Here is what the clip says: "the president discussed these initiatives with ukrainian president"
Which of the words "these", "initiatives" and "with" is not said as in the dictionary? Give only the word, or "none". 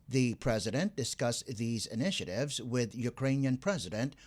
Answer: none